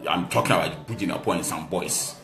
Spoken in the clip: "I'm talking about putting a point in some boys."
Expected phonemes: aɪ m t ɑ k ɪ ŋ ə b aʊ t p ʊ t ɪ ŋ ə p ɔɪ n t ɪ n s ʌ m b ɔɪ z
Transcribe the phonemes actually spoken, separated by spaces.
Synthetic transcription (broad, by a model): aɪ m t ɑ k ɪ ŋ ə b aʊ t b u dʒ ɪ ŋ ə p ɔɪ ɪ n s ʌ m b ɔɪ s